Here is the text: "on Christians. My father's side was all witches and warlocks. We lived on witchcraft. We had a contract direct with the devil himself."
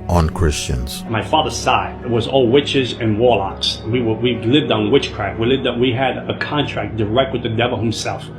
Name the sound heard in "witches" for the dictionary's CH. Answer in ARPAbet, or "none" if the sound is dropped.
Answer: CH